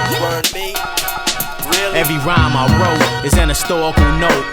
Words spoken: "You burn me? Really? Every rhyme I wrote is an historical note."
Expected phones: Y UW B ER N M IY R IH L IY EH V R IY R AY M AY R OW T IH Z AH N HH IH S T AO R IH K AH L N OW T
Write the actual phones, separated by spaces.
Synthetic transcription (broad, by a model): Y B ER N M IY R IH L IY EH V R IY R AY M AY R OW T IH Z AH N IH S T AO IH K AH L N OW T